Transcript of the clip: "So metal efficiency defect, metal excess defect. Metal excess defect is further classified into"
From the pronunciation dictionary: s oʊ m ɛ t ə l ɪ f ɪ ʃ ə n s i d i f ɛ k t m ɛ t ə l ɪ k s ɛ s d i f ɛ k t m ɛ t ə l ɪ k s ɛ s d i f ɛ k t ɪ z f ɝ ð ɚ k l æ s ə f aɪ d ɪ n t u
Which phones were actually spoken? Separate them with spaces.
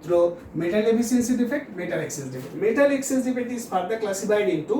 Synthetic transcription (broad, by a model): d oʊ m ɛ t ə l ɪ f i s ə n s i d i f ɛ k t m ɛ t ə l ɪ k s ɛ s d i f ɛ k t m ɛ t ə l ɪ k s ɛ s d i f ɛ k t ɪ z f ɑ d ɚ k l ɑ s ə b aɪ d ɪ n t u